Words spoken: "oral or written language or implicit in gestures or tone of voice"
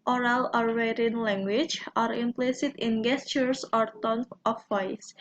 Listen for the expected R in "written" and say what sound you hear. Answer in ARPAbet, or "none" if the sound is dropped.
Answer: W